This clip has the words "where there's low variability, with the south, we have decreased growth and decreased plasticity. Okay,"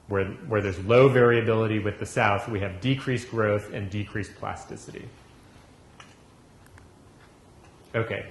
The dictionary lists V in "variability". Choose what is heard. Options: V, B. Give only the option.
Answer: V